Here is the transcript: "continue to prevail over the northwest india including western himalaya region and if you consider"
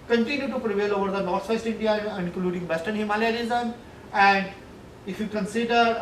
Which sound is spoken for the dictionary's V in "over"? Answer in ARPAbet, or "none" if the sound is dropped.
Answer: V